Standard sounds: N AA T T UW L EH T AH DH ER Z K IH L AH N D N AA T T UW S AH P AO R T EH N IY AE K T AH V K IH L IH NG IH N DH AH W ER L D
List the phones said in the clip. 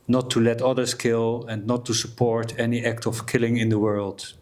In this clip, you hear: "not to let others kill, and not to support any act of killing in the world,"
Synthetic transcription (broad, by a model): N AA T T UW L EH T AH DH ER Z K IH L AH N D N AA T T UW S AH P AO R T EH N IY AE K T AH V K IH L IH NG IH N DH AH W ER L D